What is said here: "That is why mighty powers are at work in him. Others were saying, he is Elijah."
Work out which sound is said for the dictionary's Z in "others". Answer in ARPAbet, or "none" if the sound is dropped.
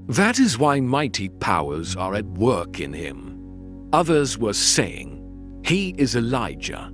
Z